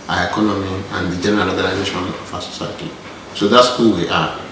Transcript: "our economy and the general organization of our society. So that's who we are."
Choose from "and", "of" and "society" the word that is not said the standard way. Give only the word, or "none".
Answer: of